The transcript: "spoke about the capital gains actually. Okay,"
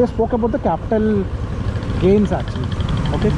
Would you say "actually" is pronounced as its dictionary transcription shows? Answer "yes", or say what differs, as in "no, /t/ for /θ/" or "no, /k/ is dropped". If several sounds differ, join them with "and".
no, /k/ is dropped and /l/ is dropped